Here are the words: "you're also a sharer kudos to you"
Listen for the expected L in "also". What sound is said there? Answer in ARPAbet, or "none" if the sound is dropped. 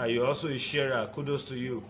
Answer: none